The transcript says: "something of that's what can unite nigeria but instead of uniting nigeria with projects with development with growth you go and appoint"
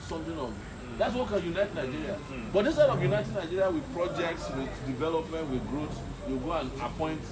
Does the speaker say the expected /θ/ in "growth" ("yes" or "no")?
no